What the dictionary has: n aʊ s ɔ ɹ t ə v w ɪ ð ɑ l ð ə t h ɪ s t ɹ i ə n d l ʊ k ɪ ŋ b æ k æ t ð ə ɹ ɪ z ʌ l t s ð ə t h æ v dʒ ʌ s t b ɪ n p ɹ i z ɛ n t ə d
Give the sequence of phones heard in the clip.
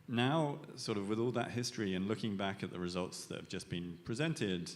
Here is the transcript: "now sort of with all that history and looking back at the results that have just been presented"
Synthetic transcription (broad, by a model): n aʊ s ɔ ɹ t ə v w ɪ ð ɑ l ð ə t h ɪ s t ɹ i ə n l ʊ k ɪ ŋ b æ k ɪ t ð ə ɹ ɪ z ʌ l t s ð ə t h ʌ v dʒ ʌ s b ɪ n p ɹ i z ɛ n t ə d